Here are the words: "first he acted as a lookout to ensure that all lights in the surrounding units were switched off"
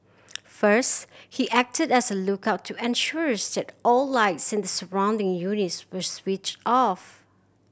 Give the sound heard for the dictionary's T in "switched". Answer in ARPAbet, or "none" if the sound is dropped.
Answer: T